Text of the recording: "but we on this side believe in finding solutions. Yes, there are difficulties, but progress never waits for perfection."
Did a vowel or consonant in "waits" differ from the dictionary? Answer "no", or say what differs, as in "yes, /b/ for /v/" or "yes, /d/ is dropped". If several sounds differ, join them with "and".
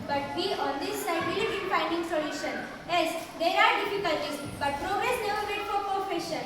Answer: yes, /s/ is dropped